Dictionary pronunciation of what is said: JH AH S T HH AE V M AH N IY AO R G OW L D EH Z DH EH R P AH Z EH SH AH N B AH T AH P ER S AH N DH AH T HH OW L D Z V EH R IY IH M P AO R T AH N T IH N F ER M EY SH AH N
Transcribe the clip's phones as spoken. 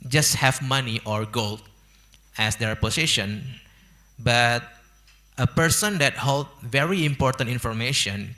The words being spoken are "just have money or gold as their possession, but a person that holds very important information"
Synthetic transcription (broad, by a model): JH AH S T HH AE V M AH N IY AO R G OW L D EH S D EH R P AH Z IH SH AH N B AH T AH P ER S AH N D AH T HH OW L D V EH R IY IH M P AO R T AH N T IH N F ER M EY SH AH N